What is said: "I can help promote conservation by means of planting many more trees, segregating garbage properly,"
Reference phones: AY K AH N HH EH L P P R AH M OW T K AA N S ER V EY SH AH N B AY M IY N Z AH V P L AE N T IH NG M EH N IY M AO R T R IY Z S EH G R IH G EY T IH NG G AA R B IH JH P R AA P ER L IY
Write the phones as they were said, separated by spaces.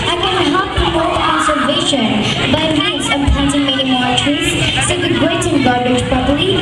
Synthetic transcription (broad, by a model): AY K AH N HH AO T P P R AH M OW T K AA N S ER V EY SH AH N B AY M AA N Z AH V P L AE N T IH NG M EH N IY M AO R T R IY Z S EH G IH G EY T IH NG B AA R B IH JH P R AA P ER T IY